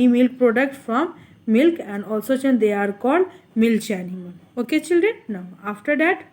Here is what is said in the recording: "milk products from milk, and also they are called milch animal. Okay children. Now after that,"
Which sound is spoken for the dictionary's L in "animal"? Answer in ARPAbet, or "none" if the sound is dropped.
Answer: N